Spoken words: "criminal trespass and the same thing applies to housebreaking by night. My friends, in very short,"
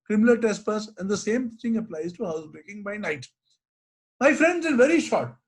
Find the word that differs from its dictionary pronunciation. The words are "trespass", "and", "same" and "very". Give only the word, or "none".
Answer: trespass